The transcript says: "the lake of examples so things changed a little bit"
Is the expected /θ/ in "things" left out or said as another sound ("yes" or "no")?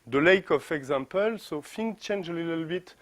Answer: yes